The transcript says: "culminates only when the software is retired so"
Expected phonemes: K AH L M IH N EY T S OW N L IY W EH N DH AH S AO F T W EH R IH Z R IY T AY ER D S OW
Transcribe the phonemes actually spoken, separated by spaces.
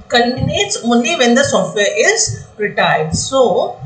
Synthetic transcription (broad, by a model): K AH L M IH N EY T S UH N IY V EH N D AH S AO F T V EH R IH Z R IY T AY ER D S OW